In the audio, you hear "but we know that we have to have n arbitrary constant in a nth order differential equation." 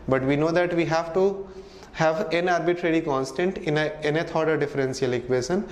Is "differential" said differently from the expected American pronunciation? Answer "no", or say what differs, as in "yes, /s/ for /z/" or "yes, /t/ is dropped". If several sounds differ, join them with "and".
yes, /s/ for /ʃ/